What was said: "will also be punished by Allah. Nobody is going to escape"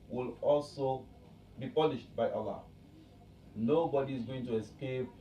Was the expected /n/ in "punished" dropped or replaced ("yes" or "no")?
yes